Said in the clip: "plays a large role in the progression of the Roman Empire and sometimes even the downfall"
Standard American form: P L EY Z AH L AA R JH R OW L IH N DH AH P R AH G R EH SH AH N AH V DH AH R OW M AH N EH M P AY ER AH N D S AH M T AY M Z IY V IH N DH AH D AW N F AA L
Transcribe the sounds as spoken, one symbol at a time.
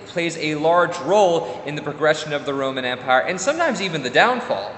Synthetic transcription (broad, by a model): P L EY Z AH L AA R JH R OW L IH N DH AH P R AH G R EH SH AH N AH V DH AH R OW M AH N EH M P AY ER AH N S AH M T AY M Z IY V IH N DH AH D AW N F AA L